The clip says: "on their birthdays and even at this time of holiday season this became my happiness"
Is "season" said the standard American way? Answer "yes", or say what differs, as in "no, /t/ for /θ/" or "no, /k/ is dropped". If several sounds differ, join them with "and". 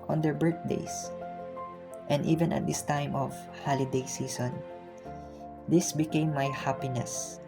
no, /s/ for /z/